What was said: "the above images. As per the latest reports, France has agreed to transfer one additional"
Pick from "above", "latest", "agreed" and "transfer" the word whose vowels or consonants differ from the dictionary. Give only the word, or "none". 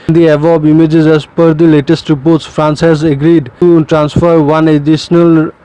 above